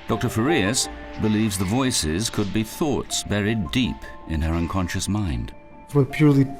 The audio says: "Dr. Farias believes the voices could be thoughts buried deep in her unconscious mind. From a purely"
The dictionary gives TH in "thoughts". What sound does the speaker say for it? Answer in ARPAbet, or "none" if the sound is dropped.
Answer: TH